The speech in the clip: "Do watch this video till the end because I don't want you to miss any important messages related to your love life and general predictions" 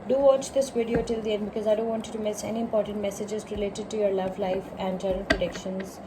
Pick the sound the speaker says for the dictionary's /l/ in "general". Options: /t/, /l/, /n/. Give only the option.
/n/